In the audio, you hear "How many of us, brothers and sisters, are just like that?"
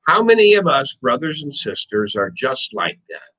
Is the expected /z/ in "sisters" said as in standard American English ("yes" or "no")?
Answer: yes